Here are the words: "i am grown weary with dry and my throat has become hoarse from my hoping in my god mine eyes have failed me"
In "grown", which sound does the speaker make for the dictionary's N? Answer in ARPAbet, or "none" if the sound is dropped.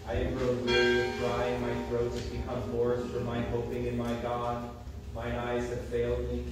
L